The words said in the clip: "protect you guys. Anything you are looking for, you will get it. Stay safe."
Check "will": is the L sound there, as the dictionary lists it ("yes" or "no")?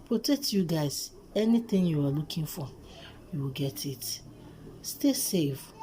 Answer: yes